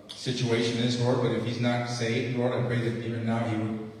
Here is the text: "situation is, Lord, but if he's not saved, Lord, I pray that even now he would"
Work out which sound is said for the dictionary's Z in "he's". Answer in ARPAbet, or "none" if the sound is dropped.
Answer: Z